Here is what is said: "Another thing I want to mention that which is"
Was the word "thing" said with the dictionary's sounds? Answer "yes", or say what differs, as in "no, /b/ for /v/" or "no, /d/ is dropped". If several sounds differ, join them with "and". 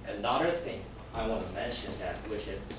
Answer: no, /s/ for /θ/